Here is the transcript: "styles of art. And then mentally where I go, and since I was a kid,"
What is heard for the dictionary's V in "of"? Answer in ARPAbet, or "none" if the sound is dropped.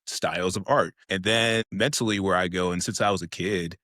V